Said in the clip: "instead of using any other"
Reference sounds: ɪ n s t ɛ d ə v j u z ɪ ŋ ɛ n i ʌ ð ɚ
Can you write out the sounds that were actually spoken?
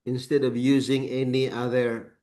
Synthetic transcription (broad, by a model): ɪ n s t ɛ d ə v j u z ɪ ŋ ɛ n i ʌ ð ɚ